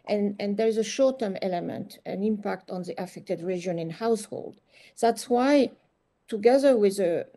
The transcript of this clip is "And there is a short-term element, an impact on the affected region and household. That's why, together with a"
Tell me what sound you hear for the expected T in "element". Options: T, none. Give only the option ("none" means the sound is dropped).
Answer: T